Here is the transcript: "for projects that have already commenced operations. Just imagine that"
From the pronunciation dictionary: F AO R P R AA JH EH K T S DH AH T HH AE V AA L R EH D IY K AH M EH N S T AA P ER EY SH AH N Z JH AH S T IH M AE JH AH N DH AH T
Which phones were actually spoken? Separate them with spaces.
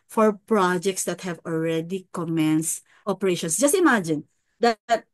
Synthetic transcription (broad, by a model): F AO R P R AA JH EH K T S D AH T HH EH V AA L R EH D IY K AH M EH N S T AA P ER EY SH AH N S JH AH S T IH M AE JH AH N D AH T